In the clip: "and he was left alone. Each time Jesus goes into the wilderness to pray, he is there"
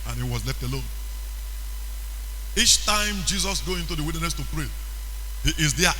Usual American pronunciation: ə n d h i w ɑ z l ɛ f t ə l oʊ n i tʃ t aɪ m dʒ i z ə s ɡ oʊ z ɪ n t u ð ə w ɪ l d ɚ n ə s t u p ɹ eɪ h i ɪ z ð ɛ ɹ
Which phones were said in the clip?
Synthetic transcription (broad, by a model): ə n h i w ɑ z l ɛ f t ə l oʊ n i tʃ t aɪ m dʒ i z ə s ɡ oʊ ɪ n t u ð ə w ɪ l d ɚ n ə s t u p ɹ eɪ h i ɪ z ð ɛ